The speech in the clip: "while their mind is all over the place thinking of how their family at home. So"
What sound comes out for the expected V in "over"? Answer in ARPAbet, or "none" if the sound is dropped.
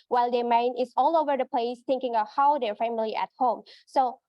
V